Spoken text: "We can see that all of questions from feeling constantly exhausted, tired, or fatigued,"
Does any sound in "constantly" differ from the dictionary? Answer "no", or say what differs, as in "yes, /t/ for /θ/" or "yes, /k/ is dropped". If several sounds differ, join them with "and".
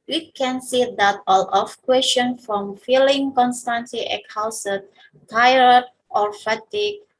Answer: yes, /l/ is dropped